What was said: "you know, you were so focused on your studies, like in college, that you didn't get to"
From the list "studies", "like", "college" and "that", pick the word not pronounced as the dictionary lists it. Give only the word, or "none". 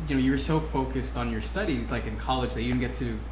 none